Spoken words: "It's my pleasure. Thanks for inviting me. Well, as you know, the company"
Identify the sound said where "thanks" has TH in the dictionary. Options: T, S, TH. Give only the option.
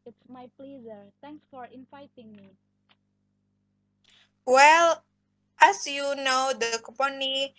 T